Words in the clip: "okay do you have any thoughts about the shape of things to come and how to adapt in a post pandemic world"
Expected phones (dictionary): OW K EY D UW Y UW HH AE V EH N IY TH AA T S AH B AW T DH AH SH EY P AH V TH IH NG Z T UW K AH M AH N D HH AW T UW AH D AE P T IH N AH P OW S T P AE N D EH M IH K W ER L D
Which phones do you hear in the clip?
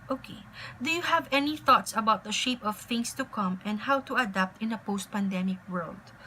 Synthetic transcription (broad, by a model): OW K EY D UW Y UW HH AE V EH N IY TH AA T S AH B AW T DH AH SH EY P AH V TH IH NG S T UW K AH M AH N D HH AW T UW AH D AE P T IH N AH P OW S T P AE N D EH M IH K W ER L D